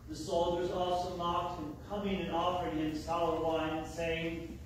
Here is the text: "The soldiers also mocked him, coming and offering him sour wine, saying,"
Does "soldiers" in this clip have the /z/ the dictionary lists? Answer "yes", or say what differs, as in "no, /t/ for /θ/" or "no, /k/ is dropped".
yes